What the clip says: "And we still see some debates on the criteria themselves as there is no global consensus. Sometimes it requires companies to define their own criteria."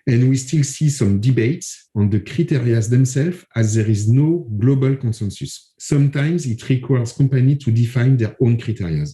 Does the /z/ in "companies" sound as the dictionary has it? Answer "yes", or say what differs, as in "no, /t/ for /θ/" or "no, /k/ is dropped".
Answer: no, /z/ is dropped